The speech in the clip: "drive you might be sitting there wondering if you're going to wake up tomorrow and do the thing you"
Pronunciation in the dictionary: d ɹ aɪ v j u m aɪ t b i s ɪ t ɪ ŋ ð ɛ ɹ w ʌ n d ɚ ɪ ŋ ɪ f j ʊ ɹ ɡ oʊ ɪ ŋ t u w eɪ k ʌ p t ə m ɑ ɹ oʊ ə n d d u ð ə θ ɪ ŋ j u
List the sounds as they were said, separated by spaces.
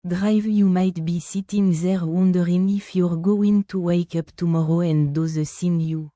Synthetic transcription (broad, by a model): d ɹ aɪ v j u m aɪ t b i s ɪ t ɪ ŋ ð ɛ ɹ w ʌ n d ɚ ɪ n ɪ f j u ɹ ɡ oʊ ɪ ŋ t u w eɪ k ʌ p t ə m ɑ ɹ oʊ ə n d d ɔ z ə s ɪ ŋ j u